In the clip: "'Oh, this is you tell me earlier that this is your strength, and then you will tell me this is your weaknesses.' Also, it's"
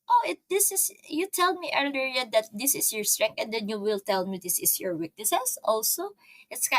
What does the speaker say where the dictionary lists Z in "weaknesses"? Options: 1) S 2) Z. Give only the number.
1